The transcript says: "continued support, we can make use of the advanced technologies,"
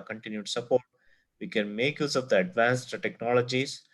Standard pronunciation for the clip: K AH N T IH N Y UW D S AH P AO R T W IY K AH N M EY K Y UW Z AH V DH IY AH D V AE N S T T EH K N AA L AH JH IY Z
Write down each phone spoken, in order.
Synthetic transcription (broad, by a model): K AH N T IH N Y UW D S AH P AO R T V IY K AH N M EY K Y UW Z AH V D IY AH D V AE N S T T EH K N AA L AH JH IY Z